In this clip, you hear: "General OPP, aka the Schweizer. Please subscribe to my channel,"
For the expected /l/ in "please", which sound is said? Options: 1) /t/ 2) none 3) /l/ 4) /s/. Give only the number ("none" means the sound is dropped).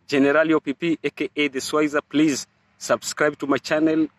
3